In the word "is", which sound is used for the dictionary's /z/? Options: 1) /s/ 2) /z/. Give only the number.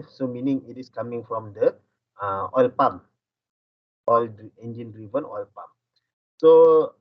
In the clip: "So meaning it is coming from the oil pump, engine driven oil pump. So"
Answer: 1